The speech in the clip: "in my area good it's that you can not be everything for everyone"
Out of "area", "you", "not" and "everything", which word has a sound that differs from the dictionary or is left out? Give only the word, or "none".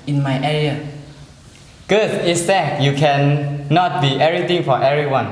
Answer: everything